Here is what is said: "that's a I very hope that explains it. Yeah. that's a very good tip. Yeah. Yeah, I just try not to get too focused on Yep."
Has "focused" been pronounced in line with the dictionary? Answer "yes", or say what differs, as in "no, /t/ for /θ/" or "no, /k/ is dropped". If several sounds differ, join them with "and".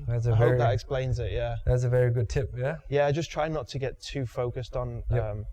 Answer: yes